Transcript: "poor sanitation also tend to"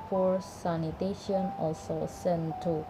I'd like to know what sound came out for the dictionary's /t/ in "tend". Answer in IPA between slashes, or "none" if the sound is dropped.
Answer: /s/